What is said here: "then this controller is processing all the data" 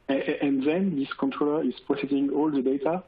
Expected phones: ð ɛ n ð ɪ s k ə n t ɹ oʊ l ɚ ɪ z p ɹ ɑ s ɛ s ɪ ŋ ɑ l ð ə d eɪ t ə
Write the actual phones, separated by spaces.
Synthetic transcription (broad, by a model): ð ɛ n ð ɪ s k ə n t ɹ oʊ l ɚ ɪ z p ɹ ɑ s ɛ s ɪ ŋ ɑ l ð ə d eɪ t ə